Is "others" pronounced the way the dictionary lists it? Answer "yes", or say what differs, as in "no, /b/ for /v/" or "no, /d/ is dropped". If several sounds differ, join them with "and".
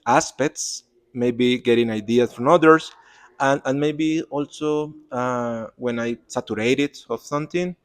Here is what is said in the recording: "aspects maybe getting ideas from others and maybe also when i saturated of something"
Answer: no, /s/ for /z/